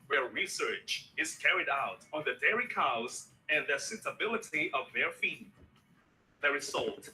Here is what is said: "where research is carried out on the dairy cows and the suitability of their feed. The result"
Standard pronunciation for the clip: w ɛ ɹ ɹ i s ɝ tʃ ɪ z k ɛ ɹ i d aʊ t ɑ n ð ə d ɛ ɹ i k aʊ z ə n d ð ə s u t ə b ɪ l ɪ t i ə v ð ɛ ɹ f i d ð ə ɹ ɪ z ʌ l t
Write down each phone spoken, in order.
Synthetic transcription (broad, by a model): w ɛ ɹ ɹ i s ɝ tʃ ɪ z k ɛ ɹ i d aʊ t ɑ n ð ə d ɛ ɹ i k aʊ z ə n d ð ə s u t ə b ɪ l ɪ t i ə v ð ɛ ɹ f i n ð ə ɹ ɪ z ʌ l t